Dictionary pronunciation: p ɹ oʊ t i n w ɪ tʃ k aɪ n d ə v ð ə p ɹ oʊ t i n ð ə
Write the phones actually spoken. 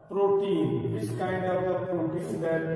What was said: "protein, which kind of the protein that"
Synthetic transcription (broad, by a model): p ɹ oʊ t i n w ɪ s k aɪ n d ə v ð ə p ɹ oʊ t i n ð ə